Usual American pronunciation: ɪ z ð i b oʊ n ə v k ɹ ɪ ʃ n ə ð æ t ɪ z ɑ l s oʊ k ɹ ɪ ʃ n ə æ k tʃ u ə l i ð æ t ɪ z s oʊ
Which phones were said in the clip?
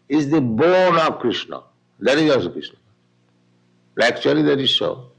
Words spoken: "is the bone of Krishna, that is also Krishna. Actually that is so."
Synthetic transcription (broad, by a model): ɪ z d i b oʊ n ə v k ɹ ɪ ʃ n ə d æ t ɪ z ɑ s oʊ k ɹ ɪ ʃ n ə æ k tʃ u ə l i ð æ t ɪ z s oʊ